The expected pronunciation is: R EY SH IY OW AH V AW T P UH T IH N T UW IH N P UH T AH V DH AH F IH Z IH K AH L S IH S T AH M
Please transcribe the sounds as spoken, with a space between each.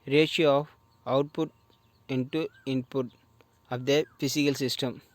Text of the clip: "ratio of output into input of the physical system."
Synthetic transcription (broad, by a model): R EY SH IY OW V AW T P UH T IH N T UW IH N P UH T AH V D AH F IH S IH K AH L S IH S T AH M